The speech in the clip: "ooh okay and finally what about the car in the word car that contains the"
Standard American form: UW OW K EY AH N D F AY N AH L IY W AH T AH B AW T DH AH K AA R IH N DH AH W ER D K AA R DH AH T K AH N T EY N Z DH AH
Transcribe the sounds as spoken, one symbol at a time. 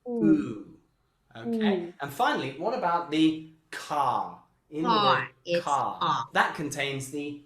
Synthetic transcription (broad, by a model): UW OW K EY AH N F AY N L IY W AH T AH B AW T DH AH K AA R IH N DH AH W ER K AA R DH AH T K AH N T EY N Z DH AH